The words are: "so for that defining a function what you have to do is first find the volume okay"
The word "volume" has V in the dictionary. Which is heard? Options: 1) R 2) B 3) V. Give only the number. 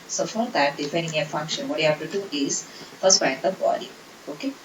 2